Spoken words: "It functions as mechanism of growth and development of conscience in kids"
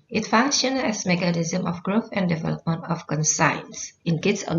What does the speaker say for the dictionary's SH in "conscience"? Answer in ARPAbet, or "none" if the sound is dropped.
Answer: S